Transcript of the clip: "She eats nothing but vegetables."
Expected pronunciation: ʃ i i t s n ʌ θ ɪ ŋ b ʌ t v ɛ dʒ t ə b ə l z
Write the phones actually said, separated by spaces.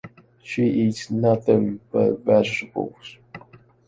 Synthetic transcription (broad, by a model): ʃ i i t s n ʌ θ ɪ ŋ b ʌ t v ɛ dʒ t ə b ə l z